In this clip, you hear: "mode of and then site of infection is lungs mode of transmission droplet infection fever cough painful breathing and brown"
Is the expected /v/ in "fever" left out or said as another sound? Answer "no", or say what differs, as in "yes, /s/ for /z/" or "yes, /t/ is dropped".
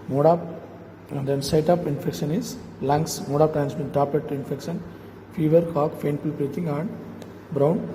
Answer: no